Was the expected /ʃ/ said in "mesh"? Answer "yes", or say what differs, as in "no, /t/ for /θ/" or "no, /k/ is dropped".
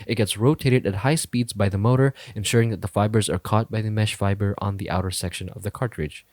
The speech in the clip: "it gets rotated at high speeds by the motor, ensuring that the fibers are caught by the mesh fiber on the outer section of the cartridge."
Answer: yes